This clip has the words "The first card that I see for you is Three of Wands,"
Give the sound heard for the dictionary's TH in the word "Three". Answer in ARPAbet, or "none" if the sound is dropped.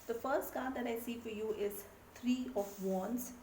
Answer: T